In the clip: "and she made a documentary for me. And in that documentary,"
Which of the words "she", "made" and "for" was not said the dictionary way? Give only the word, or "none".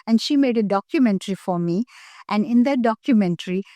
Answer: none